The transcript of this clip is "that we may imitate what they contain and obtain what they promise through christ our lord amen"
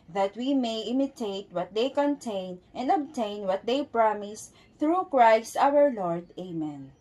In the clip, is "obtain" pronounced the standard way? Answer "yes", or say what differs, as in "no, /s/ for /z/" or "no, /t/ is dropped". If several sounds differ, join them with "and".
yes